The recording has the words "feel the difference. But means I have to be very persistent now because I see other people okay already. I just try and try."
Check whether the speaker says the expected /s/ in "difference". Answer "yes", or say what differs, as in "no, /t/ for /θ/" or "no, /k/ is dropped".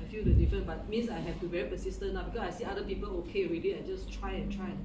no, /s/ is dropped